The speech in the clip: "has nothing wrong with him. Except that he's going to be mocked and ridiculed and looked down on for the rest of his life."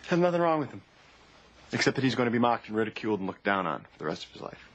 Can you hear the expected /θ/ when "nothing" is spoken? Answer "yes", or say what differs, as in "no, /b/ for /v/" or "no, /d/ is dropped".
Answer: yes